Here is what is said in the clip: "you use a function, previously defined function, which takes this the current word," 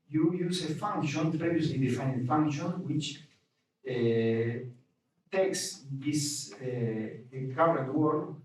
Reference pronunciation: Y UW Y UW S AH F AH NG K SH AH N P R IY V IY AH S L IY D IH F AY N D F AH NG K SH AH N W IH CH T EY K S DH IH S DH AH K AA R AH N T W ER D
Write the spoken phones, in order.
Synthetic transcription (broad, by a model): Y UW Y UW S AH F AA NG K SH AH N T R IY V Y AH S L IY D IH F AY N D F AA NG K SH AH N W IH CH T EY K S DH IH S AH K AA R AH T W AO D